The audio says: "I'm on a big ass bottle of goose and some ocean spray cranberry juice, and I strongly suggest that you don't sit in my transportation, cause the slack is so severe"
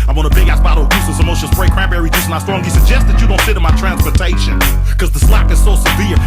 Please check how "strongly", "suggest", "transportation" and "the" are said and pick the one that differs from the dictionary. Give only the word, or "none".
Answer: strongly